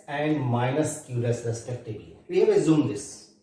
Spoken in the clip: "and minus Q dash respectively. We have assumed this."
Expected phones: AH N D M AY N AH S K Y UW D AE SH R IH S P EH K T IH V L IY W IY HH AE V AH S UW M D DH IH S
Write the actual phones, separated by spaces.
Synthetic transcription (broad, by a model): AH N D M AY N AH S K Y UW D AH S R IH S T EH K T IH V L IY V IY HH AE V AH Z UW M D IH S